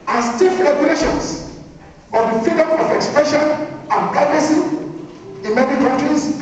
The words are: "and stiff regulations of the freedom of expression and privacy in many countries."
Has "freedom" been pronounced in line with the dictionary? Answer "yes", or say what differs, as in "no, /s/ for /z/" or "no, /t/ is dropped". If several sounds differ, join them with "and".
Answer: no, /ɹ/ is dropped